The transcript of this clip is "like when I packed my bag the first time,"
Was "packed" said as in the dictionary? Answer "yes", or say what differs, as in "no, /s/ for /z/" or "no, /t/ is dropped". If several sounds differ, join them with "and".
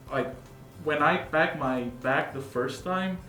no, /b/ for /p/